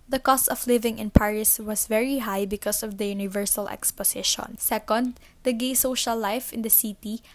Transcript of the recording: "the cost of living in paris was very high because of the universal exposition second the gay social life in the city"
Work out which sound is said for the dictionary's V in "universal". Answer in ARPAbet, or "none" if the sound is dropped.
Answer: V